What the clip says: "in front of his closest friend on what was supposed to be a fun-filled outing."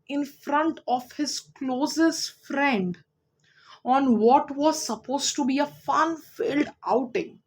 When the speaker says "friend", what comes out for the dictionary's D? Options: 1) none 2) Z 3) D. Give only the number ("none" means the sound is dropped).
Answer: 3